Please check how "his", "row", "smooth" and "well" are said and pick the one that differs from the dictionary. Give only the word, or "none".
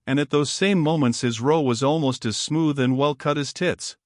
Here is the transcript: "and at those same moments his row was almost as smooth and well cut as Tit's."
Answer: none